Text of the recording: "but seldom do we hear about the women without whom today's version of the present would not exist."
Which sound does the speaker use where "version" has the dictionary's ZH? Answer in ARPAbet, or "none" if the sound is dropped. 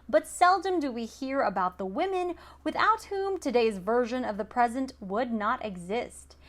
ZH